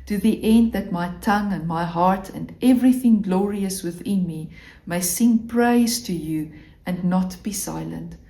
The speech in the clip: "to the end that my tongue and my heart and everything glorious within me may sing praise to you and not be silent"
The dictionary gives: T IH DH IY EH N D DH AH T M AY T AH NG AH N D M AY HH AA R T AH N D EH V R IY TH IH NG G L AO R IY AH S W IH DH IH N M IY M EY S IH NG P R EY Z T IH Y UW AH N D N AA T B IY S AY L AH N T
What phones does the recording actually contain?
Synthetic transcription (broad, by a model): T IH DH IY EH N D DH AH T M AY T AH NG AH N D M AY HH AA R T AH N D EH V R IY TH IH NG G L AO R IY AH S W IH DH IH N M IY M EY S IH NG P R EY Z T IH Y UW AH N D N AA T B IY S AY L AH N T